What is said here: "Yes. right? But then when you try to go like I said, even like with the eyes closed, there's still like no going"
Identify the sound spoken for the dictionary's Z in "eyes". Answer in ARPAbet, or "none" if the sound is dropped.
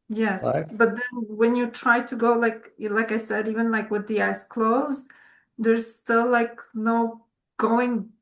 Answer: S